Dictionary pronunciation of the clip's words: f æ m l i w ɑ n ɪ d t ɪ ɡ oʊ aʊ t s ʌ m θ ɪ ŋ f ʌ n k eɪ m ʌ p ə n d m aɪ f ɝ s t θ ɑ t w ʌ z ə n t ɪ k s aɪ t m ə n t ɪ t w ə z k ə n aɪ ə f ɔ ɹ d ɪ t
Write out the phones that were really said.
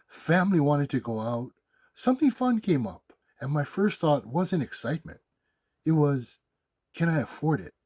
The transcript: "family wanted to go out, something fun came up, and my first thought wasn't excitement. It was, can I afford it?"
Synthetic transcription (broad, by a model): f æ m l i w ɑ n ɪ d t ɪ ɡ oʊ aʊ t s ʌ m θ ɪ ŋ f ʌ n k eɪ m ʌ p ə n m aɪ f ɝ s t θ ɑ t w ʌ z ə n ɪ k s aɪ t m ə n t ɪ t w ə z k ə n aɪ ə f ɔ ɹ d ɪ t